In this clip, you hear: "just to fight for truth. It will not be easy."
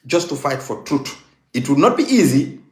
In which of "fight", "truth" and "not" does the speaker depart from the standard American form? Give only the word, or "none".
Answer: truth